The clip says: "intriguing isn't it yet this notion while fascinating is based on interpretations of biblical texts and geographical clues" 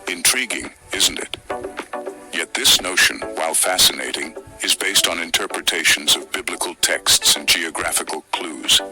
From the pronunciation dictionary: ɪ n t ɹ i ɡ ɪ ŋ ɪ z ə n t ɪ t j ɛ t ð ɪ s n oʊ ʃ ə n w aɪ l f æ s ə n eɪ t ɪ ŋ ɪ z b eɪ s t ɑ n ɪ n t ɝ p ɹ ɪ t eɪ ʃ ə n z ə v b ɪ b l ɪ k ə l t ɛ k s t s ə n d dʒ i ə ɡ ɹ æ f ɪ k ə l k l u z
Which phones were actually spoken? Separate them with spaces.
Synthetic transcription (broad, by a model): ɪ n t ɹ i ɡ ɪ ŋ ɪ z n t ɪ t j ɛ t ð ɪ s n oʊ ʃ ə n w aɪ l f æ s ə n eɪ t ɪ ŋ ɪ z b eɪ s t n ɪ n t ɝ p ɹ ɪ t eɪ ʃ n z ə v b ɪ b l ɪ k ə l t ɛ k s t s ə n dʒ i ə ɡ ɹ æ f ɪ k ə l k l u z